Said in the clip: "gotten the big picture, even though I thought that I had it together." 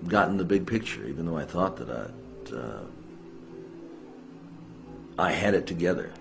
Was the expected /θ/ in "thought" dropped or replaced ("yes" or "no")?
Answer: no